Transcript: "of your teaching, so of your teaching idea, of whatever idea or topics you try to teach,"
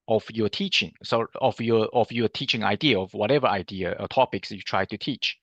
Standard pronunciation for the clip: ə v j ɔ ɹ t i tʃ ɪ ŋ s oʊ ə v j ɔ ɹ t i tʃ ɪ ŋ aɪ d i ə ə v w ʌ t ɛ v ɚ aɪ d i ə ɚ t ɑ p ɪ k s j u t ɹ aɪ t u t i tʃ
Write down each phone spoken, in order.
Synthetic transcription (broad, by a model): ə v j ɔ t i tʃ ɪ ŋ s oʊ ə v j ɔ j t i tʃ ɪ ŋ aɪ d i ə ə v w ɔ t ɛ v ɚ aɪ d i ə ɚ t ɑ p ɪ k s j u t ɹ aɪ t u t i tʃ